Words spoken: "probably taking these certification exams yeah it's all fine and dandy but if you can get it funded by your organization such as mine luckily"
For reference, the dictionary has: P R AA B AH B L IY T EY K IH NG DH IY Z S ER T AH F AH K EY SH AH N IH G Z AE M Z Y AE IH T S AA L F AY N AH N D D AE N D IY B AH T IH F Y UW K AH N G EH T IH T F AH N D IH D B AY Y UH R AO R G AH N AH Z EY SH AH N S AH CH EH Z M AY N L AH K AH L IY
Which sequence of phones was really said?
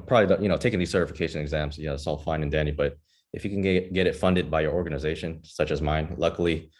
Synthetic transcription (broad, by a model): P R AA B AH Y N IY T EY K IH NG DH IY Z S ER T AH F AH K EY SH AH N IH G Z AE M Z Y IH IH T S AA L F AY N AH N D D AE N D IY B AH T IH F Y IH K N G EH T IH T F AH N D IH D B AY Y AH R AO R G AH N AH Z EY SH AH N S AH CH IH Z M AY N L AH K L IY